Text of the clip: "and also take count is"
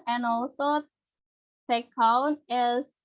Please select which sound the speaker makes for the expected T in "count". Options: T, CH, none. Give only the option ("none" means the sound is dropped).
none